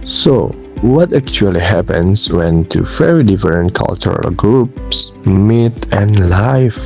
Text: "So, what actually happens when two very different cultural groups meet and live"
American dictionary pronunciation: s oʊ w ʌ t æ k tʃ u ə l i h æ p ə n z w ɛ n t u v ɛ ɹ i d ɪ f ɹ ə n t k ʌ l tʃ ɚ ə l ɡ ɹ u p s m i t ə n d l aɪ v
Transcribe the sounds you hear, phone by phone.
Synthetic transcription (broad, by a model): s oʊ w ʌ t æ k tʃ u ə l i h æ p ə n s w ɛ n t u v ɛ ɹ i d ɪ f ɹ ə n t k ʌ l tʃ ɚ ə l ɡ ɹ u p s m i t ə n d l aɪ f